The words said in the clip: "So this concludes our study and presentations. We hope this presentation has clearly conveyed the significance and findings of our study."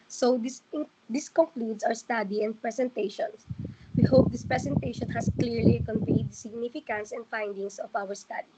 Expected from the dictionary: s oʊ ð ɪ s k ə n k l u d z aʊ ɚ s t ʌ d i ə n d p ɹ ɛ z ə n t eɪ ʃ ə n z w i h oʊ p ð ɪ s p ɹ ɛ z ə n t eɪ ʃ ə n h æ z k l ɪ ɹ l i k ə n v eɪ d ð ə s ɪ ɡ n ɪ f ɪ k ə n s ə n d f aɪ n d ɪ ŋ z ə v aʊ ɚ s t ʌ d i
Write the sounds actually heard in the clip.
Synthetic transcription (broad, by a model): s oʊ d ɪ s k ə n k l u d s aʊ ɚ s t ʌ d i ə n d p ɹ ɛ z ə n t eɪ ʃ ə n s w i h oʊ p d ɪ s p ɹ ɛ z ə n t eɪ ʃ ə n h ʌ s k l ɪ ɹ l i k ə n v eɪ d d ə s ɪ ɡ n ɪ f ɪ k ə n s ə n d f aɪ n d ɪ ŋ s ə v aʊ ɚ s t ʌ d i